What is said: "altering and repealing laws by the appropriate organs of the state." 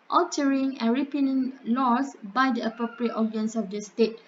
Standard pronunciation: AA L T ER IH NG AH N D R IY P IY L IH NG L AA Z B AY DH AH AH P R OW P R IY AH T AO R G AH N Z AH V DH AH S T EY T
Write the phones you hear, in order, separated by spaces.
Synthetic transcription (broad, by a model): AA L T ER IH NG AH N R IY P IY N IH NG L AA S B AY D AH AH P R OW P R IY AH T AO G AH N S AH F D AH S T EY T